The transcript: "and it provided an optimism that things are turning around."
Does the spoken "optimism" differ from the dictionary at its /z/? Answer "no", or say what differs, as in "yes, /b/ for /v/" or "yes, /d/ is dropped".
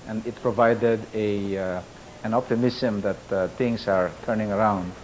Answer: yes, /s/ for /z/